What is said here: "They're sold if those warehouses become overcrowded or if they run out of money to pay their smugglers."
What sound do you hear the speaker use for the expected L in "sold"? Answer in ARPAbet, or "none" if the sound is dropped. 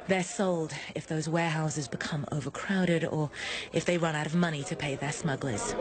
L